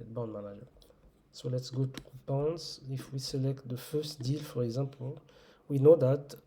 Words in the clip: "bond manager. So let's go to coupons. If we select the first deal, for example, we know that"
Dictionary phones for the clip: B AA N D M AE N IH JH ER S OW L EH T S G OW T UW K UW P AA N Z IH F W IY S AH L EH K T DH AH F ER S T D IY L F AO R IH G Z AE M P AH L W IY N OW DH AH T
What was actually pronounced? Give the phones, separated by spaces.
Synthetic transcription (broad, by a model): B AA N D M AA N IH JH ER S OW L EH T S G OW T UW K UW P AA N S IH F W IY S AH L EH K T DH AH F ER S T D IY L F AO R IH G Z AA P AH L W IY N OW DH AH T